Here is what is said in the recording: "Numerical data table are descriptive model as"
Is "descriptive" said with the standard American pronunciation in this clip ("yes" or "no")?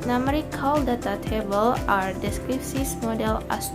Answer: no